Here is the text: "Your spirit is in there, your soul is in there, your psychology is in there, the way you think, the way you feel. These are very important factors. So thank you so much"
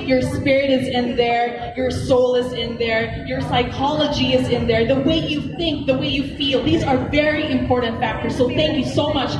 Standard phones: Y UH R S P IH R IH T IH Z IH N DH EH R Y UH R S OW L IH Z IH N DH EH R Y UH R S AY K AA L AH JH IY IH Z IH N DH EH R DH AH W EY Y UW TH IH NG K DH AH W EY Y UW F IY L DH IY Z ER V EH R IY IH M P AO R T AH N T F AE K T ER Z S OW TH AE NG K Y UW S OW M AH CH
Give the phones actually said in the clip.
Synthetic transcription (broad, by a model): Y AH R S P IH R IH T IH Z IH N DH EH R Y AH R S OW L IH Z IH N DH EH R Y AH R S AY K AA L AH JH IY IH Z IH N DH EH R DH AH W EY Y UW TH IH NG K DH AH W EY Y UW F IY L DH IY Z ER V EH R IY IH M P AO R T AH N T F AE K T ER Z S OW TH AE NG K Y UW S OW M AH CH